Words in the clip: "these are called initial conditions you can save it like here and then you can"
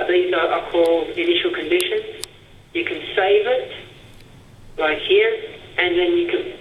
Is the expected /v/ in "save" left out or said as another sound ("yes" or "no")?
no